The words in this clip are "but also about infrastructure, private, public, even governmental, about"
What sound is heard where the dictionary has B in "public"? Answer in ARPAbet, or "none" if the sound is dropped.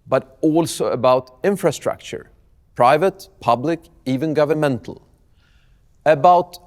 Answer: B